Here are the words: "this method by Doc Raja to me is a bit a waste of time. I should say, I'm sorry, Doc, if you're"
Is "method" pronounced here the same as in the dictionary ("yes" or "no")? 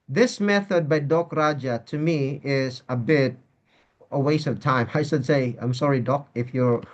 yes